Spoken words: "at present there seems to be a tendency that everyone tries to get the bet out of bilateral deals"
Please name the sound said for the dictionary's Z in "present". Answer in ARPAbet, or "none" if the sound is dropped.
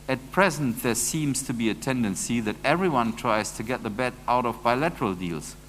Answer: Z